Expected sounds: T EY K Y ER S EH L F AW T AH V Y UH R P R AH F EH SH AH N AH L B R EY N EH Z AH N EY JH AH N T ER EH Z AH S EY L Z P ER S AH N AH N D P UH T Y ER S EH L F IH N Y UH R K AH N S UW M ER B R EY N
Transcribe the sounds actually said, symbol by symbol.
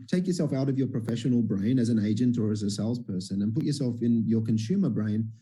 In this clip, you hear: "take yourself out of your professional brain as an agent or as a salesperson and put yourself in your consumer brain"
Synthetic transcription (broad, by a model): T EY K Y ER S EH L F AW T AH V Y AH R P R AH F EH SH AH N L B R EY N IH Z AH N EY JH AH N T ER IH Z AH S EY L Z P ER S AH N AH N P UH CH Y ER S EH L F IH N Y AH R K AH N S UW M ER B R EY N